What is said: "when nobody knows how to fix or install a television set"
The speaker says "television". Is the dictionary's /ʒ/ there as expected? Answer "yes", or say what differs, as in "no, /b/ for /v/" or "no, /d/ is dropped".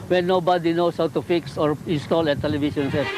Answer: no, /ʃ/ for /ʒ/